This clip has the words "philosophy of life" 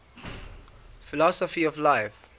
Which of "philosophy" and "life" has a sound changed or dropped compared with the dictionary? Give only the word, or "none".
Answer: none